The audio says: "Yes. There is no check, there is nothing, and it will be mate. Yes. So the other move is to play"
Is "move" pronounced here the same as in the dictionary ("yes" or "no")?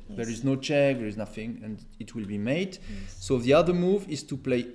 yes